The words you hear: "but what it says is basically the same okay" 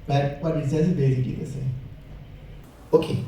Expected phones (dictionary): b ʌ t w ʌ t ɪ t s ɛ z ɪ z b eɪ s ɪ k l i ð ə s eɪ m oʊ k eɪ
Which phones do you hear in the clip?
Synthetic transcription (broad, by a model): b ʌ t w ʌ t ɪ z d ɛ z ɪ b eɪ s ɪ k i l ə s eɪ oʊ k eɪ